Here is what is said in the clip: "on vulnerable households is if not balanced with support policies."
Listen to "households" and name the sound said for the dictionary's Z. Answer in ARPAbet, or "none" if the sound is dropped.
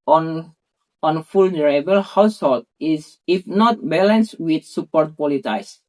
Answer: none